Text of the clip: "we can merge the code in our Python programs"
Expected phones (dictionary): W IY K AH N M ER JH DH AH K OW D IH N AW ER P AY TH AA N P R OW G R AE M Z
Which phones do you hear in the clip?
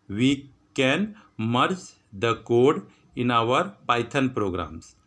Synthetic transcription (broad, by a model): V IY K AH N M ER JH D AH K OW D IH N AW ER P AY T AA N P R OW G R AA M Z